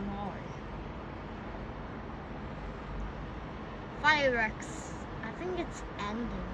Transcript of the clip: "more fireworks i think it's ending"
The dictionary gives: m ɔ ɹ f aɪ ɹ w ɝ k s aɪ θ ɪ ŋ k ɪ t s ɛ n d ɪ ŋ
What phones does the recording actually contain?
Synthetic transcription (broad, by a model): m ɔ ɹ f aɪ ɹ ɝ k s aɪ θ ɪ ŋ k ɪ t s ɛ n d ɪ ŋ